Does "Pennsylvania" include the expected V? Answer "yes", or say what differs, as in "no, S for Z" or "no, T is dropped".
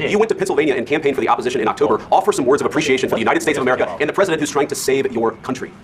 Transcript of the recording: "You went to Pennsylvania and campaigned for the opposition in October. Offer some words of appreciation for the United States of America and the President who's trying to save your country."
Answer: no, V is dropped